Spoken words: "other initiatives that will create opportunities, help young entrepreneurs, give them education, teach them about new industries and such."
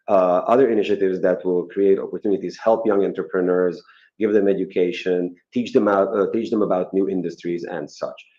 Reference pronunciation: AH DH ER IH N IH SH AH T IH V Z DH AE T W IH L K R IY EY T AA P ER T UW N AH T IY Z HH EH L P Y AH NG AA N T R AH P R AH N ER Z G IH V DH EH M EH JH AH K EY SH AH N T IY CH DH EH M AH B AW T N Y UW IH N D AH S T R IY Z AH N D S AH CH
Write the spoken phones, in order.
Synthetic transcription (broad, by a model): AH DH ER IH N IH SH AH T IH V Z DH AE T W IH L K R IY EY T AA P ER T UW N AH T IY Z HH EH L P Y AH NG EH N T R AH P R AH N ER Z G IH V DH EH M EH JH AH K EY SH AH N T IY CH DH EH M AH B AW T N Y UW IH N D AH S T R IY Z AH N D S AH CH